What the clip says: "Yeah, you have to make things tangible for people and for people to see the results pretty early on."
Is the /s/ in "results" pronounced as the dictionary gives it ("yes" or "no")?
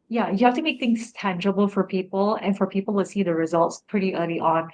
yes